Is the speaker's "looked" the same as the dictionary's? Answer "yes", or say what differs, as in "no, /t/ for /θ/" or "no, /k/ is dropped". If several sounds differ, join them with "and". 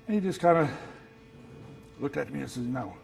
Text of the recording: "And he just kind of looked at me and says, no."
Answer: yes